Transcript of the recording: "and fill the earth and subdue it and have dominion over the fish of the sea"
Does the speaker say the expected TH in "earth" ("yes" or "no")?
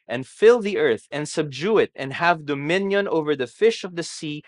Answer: yes